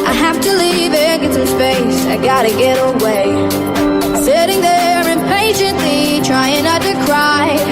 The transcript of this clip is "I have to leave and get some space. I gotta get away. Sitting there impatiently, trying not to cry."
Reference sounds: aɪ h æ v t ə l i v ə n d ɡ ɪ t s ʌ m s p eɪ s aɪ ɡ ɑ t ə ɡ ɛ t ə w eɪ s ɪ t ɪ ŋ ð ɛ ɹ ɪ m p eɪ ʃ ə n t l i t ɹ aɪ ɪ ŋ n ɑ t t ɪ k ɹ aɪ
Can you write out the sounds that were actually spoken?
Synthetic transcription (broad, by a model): aɪ h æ f t ə l i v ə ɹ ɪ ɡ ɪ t s ʌ m s p eɪ s aɪ ɡ ɑ t ə ɡ ɛ t ə w eɪ s ɪ t ɪ ŋ ð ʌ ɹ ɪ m p eɪ ʃ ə n t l i t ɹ aɪ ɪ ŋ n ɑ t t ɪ k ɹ aɪ